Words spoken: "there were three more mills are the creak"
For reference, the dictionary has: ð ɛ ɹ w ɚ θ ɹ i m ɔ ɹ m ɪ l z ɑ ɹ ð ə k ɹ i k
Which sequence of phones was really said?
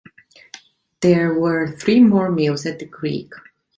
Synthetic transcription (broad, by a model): ð ɛ ɹ w ɚ θ ɹ i m ɔ ɹ m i l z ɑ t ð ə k ɹ i k